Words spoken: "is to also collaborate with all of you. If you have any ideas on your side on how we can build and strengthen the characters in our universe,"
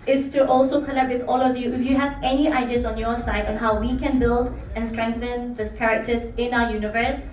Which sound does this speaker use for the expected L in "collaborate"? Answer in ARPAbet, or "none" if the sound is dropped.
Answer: N